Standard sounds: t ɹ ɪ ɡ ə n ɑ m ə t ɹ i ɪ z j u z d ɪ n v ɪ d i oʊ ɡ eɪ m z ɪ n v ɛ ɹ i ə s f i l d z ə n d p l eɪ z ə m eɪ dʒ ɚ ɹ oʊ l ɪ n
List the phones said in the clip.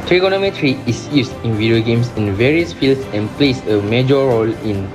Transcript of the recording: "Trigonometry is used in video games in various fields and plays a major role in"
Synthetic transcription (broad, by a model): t ɹ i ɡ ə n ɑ m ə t ɹ i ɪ s j u s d ɪ n v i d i oʊ ɡ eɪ m s ɪ n v ɛ ɹ i ə s f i l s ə n p l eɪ s ə m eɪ dʒ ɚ ɹ oʊ l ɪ n